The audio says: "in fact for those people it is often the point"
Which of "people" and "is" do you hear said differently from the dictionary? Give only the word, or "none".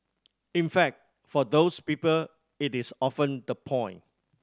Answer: is